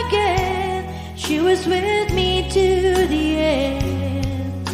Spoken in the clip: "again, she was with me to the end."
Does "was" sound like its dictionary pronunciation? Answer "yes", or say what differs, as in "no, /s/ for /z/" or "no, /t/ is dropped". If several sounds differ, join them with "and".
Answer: yes